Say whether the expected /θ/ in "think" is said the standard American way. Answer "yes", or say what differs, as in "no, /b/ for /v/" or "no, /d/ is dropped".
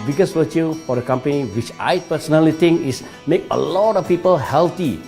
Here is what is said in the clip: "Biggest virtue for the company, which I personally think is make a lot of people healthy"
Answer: no, /t/ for /θ/